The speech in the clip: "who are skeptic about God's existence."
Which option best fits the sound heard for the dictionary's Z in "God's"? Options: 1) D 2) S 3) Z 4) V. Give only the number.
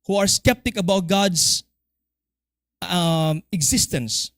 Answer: 2